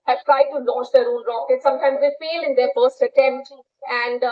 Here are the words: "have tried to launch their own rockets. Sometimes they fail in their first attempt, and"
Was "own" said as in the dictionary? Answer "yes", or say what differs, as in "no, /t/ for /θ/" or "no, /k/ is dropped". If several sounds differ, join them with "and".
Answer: no, /l/ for /n/